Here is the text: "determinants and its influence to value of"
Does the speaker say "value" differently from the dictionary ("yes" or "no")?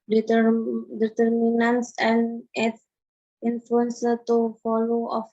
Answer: yes